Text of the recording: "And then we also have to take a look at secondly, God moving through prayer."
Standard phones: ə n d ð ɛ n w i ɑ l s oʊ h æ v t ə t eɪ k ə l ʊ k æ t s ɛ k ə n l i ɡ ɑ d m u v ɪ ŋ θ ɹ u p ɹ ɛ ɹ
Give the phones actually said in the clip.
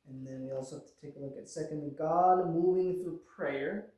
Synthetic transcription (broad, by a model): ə n ð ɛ n w i ɑ l s oʊ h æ f t ə t eɪ k ə l ʊ k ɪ t s ɛ k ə n ɡ ɑ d m u v ɪ ŋ θ ɹ u p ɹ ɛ ɹ